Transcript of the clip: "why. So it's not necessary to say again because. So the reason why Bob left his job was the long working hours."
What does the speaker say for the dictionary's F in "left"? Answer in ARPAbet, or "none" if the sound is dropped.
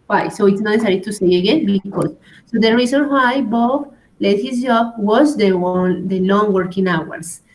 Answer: none